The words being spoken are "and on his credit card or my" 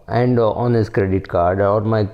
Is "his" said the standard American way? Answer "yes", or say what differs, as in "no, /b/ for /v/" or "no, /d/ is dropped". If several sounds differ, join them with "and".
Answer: no, /s/ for /z/